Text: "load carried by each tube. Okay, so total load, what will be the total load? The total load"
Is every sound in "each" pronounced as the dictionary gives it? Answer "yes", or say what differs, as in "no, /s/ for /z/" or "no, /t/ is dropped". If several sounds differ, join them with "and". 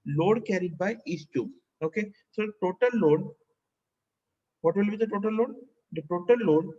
no, /s/ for /tʃ/